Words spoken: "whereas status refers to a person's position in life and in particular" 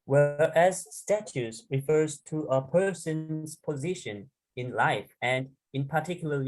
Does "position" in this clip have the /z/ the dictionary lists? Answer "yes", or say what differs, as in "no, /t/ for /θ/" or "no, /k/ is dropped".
yes